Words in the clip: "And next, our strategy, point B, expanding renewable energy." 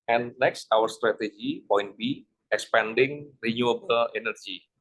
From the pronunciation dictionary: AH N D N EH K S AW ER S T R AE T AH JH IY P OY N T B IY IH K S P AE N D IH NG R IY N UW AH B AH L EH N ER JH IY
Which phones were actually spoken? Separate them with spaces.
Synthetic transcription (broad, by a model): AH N N EH K S AW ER S T R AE T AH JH IY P OY N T B IY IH K S P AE N D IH NG R IY N UW AH B AH L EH N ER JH IY